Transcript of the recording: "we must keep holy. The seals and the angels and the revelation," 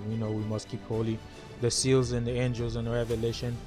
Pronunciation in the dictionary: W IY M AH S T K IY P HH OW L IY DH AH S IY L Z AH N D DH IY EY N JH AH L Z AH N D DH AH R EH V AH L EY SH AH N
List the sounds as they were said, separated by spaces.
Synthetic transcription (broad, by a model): W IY M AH S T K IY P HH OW L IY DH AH S IY L Z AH N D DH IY EY N JH AH L Z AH N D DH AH R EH V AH L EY SH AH N